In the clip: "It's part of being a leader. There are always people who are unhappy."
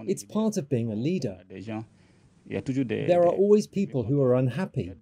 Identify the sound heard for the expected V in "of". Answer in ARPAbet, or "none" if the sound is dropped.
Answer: V